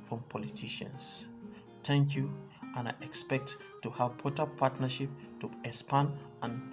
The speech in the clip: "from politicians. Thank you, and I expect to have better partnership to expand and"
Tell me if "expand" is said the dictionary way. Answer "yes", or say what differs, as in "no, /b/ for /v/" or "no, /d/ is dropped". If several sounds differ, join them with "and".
no, /k/ is dropped and /d/ is dropped